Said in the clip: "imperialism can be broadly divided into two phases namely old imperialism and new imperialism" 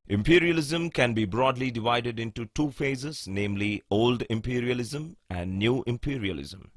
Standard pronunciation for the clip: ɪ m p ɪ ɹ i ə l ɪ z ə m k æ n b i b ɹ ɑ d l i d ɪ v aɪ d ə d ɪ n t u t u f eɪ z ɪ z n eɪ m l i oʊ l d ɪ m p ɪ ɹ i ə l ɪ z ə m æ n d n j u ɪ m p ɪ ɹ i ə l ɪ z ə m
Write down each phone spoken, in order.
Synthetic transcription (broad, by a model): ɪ m p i ɹ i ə l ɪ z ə m k æ n b i b ɹ ɑ d l i d ɪ v aɪ d ə d ɪ n t u t u f eɪ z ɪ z n eɪ m l i oʊ l d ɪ m p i ɹ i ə l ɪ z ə m æ n d n j u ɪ m p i ɹ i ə l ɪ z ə m